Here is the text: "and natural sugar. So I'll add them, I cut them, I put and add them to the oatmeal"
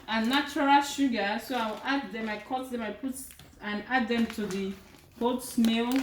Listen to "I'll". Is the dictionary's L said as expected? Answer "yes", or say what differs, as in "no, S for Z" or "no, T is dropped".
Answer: no, W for L